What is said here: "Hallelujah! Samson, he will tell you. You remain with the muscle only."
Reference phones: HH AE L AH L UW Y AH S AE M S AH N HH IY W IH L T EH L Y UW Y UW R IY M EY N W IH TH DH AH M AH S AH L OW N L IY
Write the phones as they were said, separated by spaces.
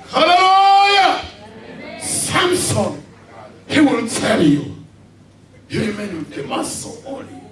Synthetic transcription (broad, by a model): HH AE L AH L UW Y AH S AE M S AH N HH IY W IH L T EH L Y UW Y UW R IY M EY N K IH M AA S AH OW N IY